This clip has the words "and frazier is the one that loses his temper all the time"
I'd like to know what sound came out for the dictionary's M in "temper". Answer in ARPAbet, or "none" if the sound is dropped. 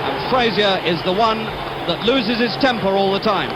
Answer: M